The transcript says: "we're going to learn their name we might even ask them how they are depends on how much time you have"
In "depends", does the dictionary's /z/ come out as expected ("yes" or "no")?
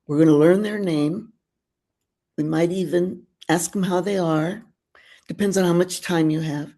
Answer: yes